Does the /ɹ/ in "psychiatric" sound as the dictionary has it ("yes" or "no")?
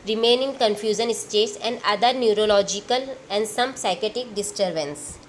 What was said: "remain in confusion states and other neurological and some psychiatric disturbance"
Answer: no